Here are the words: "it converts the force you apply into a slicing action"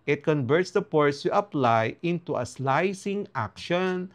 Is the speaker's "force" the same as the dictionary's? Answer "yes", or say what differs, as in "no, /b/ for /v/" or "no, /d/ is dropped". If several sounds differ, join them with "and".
no, /p/ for /f/